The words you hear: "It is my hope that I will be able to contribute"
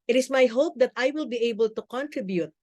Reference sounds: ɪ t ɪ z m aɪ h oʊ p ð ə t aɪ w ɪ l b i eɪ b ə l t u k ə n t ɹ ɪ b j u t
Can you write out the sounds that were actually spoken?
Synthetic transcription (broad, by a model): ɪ t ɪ s m aɪ h oʊ p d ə t aɪ w ɪ l b i eɪ b ə l t u k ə n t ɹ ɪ b j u t